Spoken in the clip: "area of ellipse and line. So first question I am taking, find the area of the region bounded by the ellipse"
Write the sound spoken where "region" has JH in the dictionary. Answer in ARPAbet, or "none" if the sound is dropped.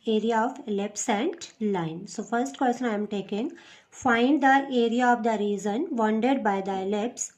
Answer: Z